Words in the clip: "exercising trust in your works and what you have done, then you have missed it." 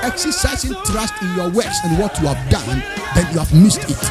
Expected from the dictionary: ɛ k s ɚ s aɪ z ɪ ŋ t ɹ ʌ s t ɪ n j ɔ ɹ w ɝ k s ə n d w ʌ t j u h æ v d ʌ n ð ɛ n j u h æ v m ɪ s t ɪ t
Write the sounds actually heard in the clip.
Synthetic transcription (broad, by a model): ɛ k s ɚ s aɪ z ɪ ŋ t ɹ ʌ s t ɪ n j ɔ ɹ w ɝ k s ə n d w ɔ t j u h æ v d ʌ n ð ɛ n j u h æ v m ɪ s t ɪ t